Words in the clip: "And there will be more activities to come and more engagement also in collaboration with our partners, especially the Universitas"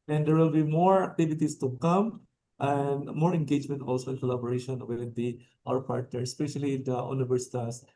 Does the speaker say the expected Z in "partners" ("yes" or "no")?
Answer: no